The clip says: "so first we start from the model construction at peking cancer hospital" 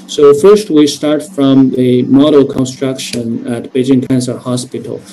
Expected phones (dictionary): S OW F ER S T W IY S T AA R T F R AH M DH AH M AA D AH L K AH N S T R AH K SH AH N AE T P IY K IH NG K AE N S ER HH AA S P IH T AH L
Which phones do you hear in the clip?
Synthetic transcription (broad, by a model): S OW F ER S T W IY S T AA R T F R AH M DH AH M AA D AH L K AH N S T R AH K SH AH N AE T B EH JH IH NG K AE N S ER HH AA S P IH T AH L